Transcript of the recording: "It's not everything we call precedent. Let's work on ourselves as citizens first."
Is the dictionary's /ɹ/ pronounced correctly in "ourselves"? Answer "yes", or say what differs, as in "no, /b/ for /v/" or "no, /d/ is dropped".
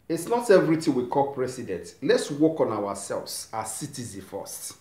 no, /w/ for /ɹ/